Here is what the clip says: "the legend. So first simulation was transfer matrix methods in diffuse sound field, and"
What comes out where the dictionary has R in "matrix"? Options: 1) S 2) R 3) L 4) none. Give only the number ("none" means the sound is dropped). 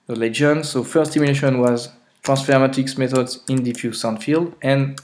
4